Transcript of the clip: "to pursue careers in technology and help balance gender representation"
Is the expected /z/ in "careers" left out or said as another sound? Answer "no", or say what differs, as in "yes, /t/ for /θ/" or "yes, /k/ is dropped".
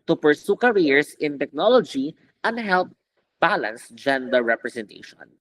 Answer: yes, /s/ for /z/